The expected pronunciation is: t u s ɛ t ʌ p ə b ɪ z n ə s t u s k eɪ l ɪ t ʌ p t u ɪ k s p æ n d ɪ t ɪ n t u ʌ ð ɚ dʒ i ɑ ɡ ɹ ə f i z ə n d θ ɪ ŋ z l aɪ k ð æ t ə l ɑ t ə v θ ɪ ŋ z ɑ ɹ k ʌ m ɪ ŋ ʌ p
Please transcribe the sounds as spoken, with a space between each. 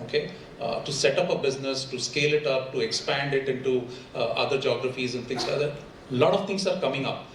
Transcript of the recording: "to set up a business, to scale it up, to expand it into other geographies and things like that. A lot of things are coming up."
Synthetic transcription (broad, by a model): t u s ɛ t ʌ p ə b ɪ z n ə s t u s k eɪ l ɪ t ʌ p t u ɪ k s p æ n d ɪ t ɪ n t u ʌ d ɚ dʒ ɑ ɡ ɹ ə f i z ə n d t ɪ ŋ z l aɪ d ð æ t l ɑ t ə v t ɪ ŋ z ɑ ɹ k ʌ m ɪ ŋ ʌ p